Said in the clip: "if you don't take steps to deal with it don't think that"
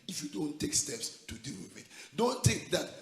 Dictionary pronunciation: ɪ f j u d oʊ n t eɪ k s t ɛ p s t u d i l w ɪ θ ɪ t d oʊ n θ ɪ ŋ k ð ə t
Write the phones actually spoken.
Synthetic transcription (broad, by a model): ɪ f j u d oʊ n t eɪ k s t ɛ p s t u d i l w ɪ ɪ t d oʊ n t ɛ k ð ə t